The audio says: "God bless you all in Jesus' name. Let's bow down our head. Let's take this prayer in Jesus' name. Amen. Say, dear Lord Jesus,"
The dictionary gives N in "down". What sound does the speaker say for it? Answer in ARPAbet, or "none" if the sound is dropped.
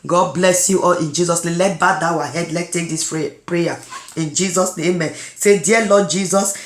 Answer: none